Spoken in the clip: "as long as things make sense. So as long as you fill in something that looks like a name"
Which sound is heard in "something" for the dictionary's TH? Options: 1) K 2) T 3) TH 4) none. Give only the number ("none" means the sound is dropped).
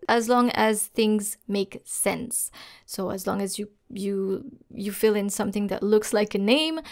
3